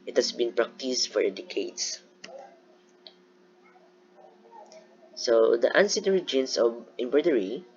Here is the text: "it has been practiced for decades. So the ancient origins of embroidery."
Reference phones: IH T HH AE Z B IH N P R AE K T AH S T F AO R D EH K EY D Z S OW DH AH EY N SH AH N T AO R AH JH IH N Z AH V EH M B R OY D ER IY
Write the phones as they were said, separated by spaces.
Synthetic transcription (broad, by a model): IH T HH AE S B IH N P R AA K T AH S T F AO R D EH K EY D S S OW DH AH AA N S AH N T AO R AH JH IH N S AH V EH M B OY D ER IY